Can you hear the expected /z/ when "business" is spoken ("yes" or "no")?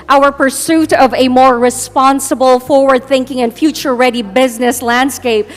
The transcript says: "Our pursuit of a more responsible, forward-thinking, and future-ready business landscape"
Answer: yes